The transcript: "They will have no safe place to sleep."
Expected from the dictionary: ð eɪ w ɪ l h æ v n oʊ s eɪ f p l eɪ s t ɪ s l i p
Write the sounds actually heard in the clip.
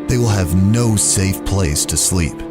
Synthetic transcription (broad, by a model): ð eɪ w ɪ l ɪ v n oʊ s eɪ f p l eɪ s t ɪ s l i p